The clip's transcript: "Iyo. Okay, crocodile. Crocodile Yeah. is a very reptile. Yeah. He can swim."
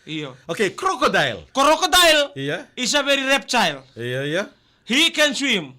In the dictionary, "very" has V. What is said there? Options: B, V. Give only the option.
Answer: B